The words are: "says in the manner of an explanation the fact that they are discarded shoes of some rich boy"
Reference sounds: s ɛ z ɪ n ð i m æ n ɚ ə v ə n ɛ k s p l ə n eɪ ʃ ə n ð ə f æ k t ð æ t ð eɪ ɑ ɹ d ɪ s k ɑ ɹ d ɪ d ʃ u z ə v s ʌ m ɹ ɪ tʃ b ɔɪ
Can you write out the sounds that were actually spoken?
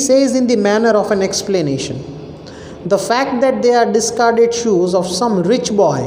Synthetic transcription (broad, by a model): s ɛ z ɪ n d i m æ n ɚ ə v ə n ɛ k s p l ə n eɪ ʃ ə n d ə f æ k t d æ t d eɪ ɑ ɹ d ɪ s k ɑ ɹ d ɪ d ʃ u z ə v s ʌ m ɹ ɪ tʃ b ɔɪ